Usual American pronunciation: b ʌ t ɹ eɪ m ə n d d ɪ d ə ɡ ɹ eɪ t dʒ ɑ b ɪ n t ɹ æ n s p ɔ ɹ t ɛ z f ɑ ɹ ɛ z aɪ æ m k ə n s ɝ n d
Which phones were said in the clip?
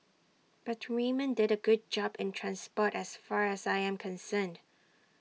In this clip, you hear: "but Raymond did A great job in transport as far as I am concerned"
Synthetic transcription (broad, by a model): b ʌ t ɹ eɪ m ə n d d ɪ d ə ɡ ʊ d dʒ ɑ b ɪ n t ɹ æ n s p ɔ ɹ t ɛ s f ɑ ɹ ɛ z aɪ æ m k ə n s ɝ n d